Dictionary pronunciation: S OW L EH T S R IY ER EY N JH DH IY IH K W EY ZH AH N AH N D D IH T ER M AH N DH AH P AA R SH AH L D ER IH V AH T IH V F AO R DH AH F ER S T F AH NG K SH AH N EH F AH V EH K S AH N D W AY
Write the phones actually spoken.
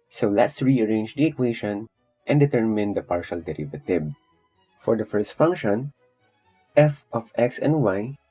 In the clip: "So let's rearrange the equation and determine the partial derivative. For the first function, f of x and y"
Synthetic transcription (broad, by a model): S OW L EH T S R IY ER EY N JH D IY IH K W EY SH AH N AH N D D IH T ER M AH N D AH P AA R SH AH L D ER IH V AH T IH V F AO R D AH F ER S T F AH NG K SH AH N EH F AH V EH K S AH N D W AY